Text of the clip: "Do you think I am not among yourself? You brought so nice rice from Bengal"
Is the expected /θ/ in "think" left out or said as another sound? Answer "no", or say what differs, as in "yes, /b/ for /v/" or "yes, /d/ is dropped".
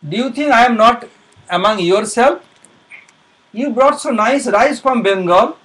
yes, /t/ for /θ/